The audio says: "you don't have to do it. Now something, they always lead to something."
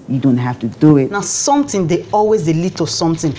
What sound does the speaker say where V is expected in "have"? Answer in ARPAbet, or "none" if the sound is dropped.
F